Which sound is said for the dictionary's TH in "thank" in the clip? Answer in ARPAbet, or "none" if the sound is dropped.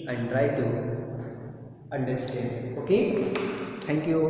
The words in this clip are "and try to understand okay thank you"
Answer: T